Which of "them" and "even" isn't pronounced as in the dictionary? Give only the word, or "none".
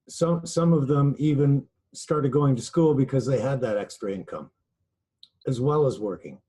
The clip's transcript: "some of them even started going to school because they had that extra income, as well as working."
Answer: none